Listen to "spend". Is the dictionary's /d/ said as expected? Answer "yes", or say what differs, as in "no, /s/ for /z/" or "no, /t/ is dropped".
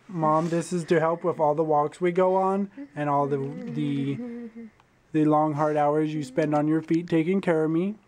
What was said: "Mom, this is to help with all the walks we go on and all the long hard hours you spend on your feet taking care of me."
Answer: yes